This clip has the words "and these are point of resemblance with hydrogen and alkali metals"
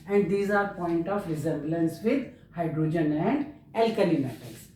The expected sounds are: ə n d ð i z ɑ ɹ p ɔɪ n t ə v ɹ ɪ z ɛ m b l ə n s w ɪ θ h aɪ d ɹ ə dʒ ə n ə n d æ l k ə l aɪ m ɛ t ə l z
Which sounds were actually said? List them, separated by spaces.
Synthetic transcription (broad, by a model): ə n d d i z ɑ ɹ p ɔɪ n t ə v ɹ ɪ z ɛ m b l ə n s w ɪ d h aɪ d ɹ ə dʒ ə n ə n d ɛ l k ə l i m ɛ t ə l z